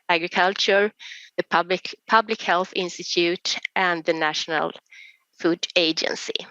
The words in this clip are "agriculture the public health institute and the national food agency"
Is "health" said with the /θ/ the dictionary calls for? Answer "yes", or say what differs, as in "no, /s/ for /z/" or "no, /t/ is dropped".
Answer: yes